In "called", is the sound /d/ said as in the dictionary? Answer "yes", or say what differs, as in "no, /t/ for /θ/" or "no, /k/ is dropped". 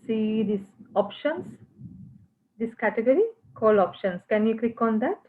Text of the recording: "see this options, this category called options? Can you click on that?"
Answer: no, /d/ is dropped